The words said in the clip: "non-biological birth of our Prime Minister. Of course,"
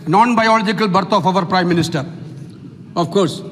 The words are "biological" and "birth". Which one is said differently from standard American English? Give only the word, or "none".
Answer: birth